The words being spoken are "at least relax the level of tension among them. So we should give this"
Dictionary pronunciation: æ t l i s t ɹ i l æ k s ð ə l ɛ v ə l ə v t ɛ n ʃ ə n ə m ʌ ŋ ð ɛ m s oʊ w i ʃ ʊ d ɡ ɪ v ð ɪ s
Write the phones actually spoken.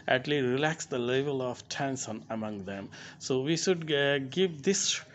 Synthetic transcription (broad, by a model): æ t l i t ɹ i l æ k s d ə l ɛ v ə l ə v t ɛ n s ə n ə m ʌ ŋ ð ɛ m s oʊ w i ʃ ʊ d ɡ ɪ v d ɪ s